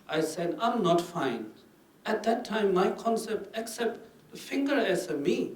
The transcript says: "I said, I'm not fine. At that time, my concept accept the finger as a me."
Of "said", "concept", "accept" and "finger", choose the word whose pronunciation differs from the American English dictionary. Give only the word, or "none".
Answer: none